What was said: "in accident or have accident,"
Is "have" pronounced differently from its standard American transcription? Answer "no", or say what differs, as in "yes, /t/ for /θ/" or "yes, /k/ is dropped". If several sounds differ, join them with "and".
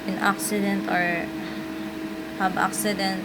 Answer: yes, /b/ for /v/